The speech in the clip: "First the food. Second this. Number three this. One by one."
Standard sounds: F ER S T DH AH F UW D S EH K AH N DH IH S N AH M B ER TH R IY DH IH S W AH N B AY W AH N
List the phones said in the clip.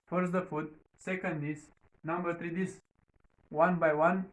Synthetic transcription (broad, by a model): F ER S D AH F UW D S EH K AH N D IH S N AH M B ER T R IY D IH S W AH N B AY W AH N